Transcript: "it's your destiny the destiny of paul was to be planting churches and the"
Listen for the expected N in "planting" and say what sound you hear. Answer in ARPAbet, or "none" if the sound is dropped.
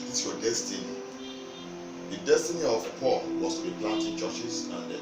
none